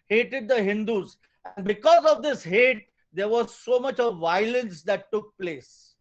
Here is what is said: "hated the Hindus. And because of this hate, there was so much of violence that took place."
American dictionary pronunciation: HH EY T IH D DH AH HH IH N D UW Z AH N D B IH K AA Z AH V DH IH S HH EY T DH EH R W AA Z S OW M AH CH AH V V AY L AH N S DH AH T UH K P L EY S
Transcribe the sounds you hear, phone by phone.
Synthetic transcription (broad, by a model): HH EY T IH D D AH HH IH N D UW Z AH N D B IH K AA Z AH V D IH S HH EY T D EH R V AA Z S OW M AH CH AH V V AY L AH N S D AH T UH K P L EY S